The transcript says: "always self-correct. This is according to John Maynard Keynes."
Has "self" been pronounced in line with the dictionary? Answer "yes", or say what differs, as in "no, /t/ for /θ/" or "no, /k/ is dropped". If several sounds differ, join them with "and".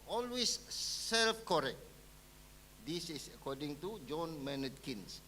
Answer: yes